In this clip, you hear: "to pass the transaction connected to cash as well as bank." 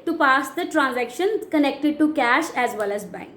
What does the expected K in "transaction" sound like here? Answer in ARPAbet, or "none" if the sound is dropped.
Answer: K